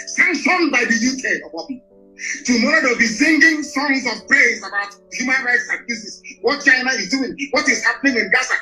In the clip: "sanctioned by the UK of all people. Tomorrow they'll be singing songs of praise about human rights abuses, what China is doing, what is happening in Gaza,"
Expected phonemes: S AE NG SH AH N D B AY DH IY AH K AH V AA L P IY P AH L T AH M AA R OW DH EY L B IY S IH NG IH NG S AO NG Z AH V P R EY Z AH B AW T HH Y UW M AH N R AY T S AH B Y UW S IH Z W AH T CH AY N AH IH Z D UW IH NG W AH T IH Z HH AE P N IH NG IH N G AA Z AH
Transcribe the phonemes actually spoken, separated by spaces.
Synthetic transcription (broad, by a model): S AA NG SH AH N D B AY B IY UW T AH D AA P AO AH T AH M AA R OW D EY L B IY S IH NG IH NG S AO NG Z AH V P R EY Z AH B AW T HH Y UW M AH N R AY T S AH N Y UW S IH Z W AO T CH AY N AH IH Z D UW IH NG W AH T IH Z HH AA P N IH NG IH N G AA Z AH